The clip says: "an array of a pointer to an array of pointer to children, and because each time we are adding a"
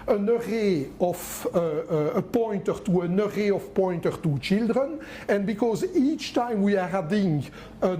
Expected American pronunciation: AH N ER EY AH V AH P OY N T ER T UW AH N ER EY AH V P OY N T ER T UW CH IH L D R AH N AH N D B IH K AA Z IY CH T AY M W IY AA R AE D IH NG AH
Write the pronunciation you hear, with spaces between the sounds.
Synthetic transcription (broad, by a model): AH N ER EY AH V AH P OY N T ER T UW AH N ER EY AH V P OY N T ER T UW CH IH L D R AH N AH N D B IH K AA Z IY CH T AY M W IY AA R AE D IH NG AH